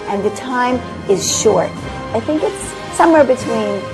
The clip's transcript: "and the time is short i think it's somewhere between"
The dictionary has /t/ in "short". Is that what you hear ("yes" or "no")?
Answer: yes